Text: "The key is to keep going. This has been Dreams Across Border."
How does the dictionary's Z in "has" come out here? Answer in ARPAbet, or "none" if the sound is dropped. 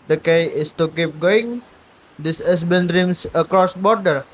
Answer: S